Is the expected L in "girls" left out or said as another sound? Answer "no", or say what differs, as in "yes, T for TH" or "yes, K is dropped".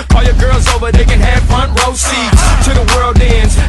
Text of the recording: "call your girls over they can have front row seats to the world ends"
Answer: no